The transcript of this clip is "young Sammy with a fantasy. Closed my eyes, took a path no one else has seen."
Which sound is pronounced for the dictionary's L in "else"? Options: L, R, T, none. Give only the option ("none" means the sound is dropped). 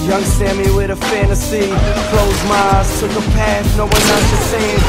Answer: none